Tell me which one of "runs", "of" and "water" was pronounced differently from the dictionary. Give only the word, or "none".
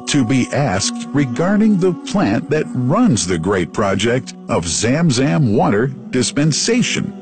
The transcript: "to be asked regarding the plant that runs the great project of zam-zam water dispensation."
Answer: none